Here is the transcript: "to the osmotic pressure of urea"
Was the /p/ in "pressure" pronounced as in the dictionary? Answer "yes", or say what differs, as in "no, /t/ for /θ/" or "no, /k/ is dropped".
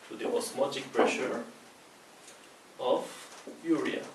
yes